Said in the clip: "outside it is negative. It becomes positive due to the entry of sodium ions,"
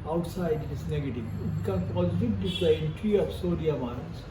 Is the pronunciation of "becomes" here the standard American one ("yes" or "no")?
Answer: no